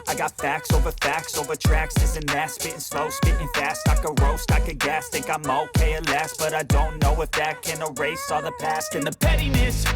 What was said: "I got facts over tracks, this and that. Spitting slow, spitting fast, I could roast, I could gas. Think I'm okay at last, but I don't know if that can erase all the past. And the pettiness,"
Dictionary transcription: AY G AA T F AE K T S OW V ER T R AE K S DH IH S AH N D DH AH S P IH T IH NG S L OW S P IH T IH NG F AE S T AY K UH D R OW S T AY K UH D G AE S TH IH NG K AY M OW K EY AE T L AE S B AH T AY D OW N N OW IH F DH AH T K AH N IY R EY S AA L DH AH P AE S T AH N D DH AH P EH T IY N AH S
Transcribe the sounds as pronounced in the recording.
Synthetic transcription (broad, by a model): AY G AA T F AE K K S OW V ER T R AE K S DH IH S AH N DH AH S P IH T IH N S L OW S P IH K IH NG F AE S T AY K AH R OW S T AY K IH G AE S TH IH K AY M OW K EY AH L AE S B AH T AY D OW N N OW IH F DH AH T K AH N IY R EY S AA DH AH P AE S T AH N DH AH P EH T IY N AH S